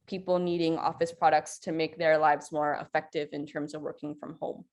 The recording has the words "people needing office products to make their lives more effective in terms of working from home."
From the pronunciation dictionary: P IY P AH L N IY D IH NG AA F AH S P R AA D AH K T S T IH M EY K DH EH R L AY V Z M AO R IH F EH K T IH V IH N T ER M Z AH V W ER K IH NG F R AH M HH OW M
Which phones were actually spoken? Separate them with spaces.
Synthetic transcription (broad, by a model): P IY P L N IY D IH NG AA F AH S P R AA D AH K T S T IH M EY K DH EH R L AY V Z M AO R IH F EH K T IH V IH N T ER M Z AH V W ER K IH NG F R AH M HH OW M